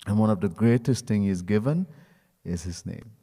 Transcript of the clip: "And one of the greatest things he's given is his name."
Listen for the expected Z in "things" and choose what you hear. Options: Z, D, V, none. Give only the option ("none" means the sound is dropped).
none